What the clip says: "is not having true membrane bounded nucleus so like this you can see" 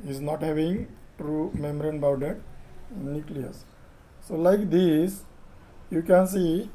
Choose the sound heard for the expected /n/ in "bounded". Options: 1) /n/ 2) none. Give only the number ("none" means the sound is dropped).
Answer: 2